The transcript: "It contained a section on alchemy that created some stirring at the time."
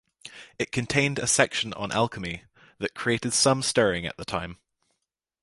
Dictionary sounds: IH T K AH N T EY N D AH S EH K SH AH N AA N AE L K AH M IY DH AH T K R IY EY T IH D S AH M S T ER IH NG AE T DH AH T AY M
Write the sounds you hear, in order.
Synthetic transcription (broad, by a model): IH T K AH N T EY N D AH S EH K SH AH N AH N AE L K AH M IY DH AH T K R IY EY T IH D S AH M S T ER IH NG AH T DH AH T AY M